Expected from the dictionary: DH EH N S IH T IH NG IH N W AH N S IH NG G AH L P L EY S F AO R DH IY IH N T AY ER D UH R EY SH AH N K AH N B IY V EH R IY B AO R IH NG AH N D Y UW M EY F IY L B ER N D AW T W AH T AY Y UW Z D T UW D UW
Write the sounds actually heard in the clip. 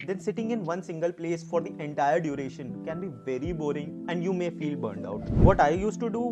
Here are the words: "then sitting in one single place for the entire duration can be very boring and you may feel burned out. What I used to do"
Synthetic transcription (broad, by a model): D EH N S IH T IH NG IH N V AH N S IH NG G AH L P L EY S F AO R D IY IH N T AY ER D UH R EY SH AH N K AH N B IY V EH R IY B AO R IH NG AH N D Y UW M EY F IY L B ER N D AW T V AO T AY Y UW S T UW D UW